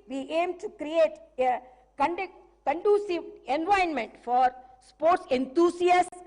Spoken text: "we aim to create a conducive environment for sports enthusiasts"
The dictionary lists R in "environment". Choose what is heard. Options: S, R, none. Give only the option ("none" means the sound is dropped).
none